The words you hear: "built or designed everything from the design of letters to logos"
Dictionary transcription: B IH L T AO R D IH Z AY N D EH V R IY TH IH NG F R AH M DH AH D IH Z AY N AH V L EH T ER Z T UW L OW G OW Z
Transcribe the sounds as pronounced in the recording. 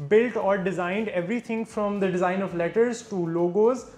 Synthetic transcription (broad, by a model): B IH L T AO R D IH Z AY N D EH V R IY T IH NG F R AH M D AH D IH Z AY N AH V L EH T ER Z T UW L OW G OW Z